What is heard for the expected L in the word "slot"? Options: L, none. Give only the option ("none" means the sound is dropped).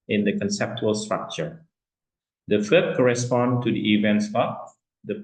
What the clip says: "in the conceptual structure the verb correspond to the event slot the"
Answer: none